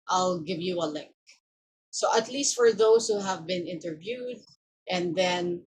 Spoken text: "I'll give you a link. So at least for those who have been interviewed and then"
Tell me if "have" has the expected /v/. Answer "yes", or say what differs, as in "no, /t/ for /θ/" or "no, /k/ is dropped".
yes